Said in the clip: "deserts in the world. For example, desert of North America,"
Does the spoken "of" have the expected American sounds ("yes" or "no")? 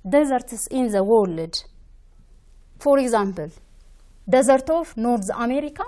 no